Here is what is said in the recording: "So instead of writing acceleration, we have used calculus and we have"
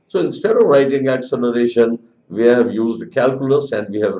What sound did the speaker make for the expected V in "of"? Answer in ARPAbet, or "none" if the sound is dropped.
V